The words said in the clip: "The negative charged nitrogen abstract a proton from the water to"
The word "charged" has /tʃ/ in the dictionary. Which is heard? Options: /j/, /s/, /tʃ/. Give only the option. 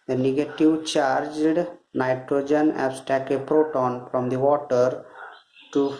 /tʃ/